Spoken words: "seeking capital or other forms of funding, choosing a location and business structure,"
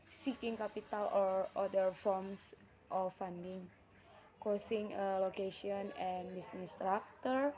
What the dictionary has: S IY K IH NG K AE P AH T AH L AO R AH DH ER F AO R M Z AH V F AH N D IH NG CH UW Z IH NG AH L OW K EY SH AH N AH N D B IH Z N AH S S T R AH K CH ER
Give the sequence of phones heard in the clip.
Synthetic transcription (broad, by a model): S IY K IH NG K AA P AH T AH L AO R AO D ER F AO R M S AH F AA N D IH NG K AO S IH NG AH L OW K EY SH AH N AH N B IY S N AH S S T R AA K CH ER